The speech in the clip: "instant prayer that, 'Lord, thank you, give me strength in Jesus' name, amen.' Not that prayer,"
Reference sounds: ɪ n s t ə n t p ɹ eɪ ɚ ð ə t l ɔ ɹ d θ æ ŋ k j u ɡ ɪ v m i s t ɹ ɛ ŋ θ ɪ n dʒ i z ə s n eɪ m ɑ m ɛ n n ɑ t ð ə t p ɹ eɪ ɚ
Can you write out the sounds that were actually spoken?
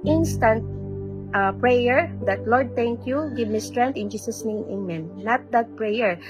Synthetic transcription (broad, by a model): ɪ n s t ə n t p ɹ eɪ ɚ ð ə t l ɔ ɹ d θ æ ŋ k j u ɡ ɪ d m i s t ɹ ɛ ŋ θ ɪ n dʒ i s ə s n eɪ ɑ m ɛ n n ɑ t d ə t p ɹ eɪ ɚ